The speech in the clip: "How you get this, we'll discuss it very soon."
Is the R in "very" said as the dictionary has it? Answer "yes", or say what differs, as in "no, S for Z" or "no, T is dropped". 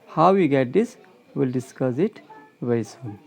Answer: no, R is dropped